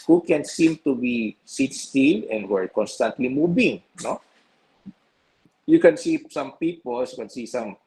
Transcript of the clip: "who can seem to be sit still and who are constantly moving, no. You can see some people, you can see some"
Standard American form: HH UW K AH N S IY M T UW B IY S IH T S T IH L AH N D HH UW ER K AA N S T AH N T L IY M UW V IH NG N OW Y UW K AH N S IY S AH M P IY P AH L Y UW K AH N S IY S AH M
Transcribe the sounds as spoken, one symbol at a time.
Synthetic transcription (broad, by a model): HH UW K AH N S IY M T UW B IY S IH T S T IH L AH N D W ER K AA N S T AH N T L IY M UW B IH NG N OW Y UW K AH N S IY S AH M P IY P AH L Y UW K AH N S IY S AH M